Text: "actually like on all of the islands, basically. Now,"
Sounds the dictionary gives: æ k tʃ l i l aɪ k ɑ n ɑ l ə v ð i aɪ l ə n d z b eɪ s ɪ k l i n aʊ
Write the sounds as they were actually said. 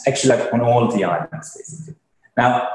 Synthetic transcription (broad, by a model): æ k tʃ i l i ɑ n ɑ l ə v ð i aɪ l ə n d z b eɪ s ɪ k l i n aʊ